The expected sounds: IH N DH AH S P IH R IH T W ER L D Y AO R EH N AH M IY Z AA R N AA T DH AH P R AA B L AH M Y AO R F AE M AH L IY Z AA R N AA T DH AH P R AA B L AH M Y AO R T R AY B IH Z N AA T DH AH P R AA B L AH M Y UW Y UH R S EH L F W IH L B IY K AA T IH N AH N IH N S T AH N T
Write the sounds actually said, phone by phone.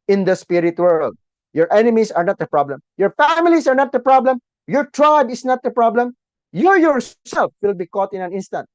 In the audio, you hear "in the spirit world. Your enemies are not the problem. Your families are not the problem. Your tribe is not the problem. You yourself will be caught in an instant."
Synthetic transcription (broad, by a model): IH N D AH S P IH R IH T W ER L D Y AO R EH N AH M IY S AA R N AA T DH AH P R AA B L AH M Y AO R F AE M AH L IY S AA R N AA T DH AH P R AA B L AH M Y AO R T R AY B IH S N AA T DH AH P R AA B L AH M Y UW Y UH R S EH L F W IH L B IY K AA T IH N AH N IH N S T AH N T